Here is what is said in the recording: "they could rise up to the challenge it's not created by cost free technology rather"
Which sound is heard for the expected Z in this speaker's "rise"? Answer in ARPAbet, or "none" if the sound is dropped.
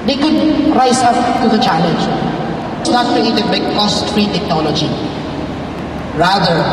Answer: S